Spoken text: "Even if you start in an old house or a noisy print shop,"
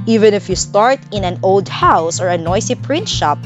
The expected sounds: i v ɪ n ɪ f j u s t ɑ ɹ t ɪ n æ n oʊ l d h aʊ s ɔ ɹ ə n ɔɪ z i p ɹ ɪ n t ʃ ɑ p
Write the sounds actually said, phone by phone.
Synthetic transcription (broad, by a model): i v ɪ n ɪ f j u s t ɑ ɹ t ɪ n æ n oʊ l d h aʊ s ɔ ɹ ə n ɔɪ s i p ɹ ɪ n t ʃ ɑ p